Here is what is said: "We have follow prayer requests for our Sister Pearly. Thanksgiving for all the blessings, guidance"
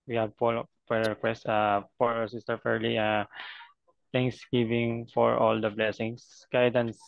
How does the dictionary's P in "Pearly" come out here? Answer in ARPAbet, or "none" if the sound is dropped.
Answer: F